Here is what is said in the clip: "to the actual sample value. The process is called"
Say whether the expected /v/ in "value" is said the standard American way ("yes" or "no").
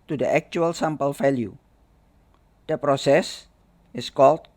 no